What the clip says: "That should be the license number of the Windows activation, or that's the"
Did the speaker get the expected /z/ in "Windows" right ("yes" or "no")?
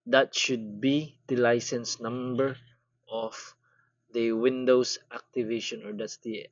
no